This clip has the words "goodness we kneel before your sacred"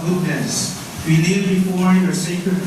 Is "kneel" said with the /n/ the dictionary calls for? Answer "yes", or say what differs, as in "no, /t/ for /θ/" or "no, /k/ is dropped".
no, /l/ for /n/